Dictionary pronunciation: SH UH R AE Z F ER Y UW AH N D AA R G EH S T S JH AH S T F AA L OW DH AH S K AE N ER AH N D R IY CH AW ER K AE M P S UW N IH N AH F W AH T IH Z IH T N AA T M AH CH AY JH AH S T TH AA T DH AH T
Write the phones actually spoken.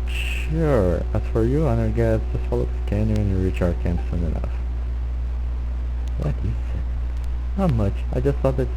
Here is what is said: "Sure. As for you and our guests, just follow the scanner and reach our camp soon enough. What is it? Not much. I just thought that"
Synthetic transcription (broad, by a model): SH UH R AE S F ER Y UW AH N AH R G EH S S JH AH S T F AA L OW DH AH S K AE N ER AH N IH R IY CH AW ER K AE M P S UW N IH N AH F W AH T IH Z IH T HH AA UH M AH CH AY JH AH S T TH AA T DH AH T